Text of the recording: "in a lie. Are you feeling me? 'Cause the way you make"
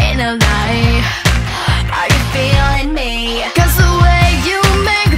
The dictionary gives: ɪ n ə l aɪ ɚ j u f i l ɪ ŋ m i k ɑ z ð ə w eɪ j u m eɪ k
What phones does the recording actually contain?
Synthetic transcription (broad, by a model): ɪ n ə n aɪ ɚ j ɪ f i l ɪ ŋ m i k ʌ z ð ə w eɪ j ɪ m eɪ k